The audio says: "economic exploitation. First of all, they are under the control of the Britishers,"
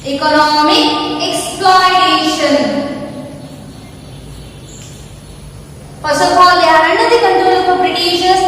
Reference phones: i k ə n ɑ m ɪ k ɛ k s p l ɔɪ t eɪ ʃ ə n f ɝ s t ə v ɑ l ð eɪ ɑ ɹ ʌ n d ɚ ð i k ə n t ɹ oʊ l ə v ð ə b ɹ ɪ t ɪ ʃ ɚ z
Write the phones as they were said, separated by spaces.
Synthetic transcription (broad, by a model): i k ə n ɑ m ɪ k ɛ k s p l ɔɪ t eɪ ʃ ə n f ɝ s ə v ɑ l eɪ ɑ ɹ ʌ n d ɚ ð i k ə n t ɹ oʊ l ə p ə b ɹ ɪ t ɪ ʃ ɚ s